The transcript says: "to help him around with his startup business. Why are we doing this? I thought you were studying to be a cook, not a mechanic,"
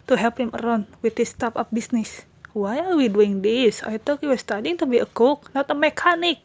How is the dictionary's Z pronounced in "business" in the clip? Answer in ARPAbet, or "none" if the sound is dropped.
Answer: S